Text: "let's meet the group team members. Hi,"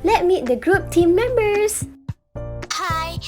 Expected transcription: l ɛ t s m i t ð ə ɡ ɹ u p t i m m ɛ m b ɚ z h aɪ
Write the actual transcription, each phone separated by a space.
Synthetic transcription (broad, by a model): l ɛ t m i t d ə ɡ ɹ u p t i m m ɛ m b ɚ s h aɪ